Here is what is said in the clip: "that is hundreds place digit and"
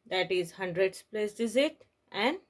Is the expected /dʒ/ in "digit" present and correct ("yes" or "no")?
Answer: no